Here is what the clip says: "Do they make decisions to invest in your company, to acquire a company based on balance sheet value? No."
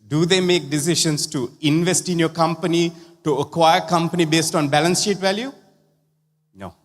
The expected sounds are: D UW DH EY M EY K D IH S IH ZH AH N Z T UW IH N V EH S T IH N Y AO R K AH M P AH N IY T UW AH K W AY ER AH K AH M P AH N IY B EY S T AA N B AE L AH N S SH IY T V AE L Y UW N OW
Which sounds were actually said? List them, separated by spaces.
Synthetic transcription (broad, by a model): D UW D EY M EY K D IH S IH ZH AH N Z T UW IH N V EH S T IH N Y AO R K AH M P AH N IY T UW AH K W AY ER K AH M P AH N IY B EY S T AA N B AE L AH N S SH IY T V AE L Y UW N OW